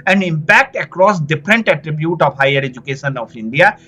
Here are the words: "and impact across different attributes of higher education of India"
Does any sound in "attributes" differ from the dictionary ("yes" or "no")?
yes